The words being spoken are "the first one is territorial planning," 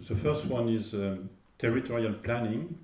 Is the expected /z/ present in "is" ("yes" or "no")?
yes